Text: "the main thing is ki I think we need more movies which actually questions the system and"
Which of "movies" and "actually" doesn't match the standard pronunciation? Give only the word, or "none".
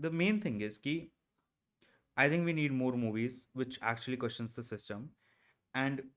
none